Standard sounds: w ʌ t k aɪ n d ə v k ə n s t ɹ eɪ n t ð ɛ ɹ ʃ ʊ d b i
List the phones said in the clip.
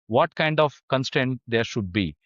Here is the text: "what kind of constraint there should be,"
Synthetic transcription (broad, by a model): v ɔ t k aɪ n d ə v k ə n s t eɪ n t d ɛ ɹ ʃ ʊ d b i